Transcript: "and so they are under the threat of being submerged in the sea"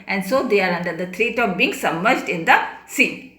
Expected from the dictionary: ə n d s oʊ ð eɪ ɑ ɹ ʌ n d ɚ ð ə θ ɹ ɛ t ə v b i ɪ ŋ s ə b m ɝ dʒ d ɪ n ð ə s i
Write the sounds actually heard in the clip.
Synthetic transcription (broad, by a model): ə n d s oʊ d eɪ ɑ ɹ ʌ n d ɚ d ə t ɹ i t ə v b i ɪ ŋ s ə m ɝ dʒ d ɪ n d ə s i